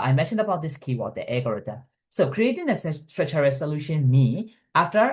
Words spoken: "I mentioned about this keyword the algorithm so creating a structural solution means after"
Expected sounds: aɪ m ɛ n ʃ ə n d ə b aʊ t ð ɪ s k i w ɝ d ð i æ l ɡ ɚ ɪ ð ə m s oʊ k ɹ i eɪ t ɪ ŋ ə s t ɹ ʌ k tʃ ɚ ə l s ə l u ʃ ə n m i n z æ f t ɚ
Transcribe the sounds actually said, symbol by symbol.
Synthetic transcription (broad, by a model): aɪ m ɛ n ʃ ə n d ə b aʊ t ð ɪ s k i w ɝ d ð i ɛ ɡ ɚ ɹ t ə s oʊ k ɹ i eɪ t ɪ ŋ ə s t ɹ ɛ tʃ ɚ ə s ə l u ʃ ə n m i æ f t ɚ